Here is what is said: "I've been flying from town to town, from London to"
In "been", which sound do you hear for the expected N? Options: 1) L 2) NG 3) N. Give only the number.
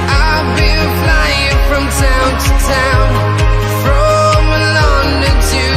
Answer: 1